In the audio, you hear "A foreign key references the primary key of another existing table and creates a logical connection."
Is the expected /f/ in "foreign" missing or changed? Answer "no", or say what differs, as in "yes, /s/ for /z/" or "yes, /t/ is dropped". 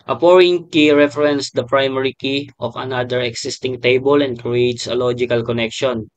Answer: yes, /p/ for /f/